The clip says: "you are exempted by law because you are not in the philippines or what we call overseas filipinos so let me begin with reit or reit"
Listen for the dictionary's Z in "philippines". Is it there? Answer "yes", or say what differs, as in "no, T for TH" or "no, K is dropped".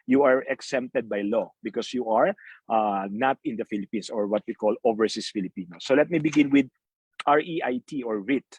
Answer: no, S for Z